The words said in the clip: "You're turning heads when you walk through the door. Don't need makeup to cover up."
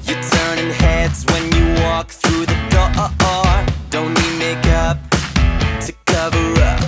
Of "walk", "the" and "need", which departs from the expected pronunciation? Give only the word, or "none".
need